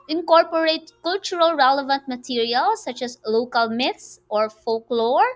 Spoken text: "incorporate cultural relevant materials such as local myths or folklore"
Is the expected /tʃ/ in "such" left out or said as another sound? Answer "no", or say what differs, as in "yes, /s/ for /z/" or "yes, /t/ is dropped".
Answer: no